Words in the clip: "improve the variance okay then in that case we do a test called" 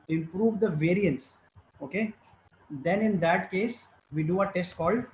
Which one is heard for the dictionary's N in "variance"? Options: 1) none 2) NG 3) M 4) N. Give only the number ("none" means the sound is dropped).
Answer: 4